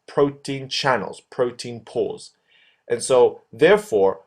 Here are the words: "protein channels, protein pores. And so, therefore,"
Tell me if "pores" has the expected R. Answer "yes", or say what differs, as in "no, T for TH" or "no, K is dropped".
no, L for R